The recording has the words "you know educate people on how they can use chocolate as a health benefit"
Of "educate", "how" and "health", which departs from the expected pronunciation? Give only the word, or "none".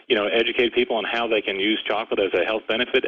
none